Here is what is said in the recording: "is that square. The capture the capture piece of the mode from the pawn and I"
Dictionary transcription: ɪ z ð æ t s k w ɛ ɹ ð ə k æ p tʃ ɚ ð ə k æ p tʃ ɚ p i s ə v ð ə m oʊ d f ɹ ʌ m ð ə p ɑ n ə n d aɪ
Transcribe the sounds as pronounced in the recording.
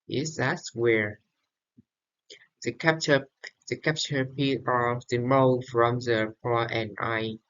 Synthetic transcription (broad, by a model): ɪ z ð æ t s w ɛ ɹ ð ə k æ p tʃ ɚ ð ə k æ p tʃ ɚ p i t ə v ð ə m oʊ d f ɹ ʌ m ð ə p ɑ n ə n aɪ